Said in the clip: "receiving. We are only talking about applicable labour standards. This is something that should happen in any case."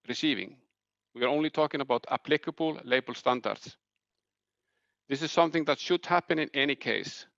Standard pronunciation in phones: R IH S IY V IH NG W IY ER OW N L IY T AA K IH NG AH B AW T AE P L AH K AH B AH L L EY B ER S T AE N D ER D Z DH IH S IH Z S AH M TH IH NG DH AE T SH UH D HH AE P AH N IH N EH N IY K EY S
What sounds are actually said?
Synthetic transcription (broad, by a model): R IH S IY V IH NG W IY ER OW N L IY T AA K IH NG AH B AW T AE P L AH K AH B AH L L EY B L S T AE N D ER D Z DH IH S IH Z S AH M TH IH NG DH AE T SH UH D HH AE P AH N IH N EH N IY K EY S